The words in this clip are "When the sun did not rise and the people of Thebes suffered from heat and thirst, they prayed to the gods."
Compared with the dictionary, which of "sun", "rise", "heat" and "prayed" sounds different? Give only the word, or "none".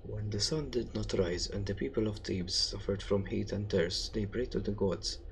prayed